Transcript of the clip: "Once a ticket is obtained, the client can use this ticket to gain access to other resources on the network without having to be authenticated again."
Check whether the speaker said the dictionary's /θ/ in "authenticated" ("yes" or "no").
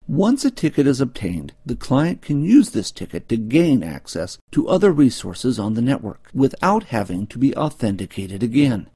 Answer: yes